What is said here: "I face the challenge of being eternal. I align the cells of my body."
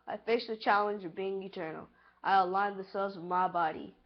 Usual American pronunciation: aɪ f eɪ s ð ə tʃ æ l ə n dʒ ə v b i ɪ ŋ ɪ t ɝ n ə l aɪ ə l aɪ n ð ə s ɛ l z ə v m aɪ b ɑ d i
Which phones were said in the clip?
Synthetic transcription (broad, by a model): aɪ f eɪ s ð ə tʃ æ l ə n dʒ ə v b i ɪ ŋ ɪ t ɝ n l aɪ ə l aɪ n ð ə s ɛ l z ə v m aɪ b ɑ d i